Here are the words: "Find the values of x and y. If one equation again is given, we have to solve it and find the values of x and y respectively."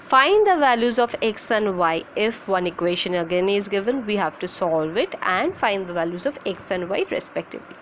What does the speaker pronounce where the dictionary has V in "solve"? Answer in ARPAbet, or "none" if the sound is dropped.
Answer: V